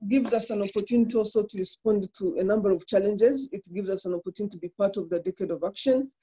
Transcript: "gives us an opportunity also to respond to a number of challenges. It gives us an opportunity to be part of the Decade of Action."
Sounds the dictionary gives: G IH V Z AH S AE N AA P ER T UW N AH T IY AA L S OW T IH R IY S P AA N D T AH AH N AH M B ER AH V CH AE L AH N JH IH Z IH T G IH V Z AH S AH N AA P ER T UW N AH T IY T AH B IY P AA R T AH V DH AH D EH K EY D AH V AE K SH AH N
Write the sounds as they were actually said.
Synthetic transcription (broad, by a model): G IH V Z AH S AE N AA P ER T UW N AH T IY AA L S OW T IH R IY S P AA N D T AH AH N AH M B ER AH V CH AE L AH N JH IH Z IH T G IH V Z AH S AH N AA P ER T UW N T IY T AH B IY P AA R T AH V DH AH D EH K EY D AH V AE K SH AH N